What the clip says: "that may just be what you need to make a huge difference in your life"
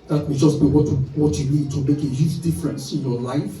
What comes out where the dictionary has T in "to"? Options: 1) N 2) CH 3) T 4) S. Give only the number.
3